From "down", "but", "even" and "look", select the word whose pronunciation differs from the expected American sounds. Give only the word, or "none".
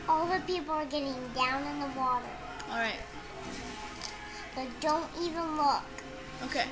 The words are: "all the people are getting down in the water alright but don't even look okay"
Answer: none